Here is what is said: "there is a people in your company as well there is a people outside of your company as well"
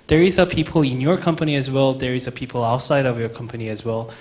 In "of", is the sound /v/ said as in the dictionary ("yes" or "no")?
yes